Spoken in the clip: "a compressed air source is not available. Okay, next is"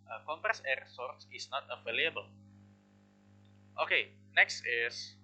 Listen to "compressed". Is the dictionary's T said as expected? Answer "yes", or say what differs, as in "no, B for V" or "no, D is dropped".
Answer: no, T is dropped